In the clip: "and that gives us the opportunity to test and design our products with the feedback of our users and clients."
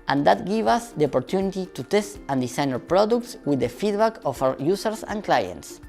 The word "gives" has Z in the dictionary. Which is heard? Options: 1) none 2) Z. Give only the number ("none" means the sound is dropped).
1